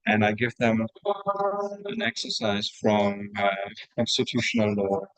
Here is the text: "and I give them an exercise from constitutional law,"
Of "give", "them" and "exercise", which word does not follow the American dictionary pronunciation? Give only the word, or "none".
none